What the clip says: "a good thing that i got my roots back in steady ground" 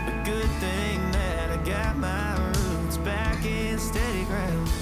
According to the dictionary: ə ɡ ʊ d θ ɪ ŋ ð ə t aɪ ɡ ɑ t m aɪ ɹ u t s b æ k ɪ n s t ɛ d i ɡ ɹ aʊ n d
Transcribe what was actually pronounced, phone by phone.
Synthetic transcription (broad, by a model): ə ɡ ʊ d θ ɪ ŋ ð ə t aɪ ɡ ɑ t m aɪ ɹ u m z b æ k ɪ n s t ɛ d i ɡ ɹ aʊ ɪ